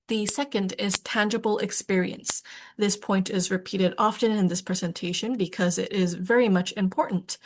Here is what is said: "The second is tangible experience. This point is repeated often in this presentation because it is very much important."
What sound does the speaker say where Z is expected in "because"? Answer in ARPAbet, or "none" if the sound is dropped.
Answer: Z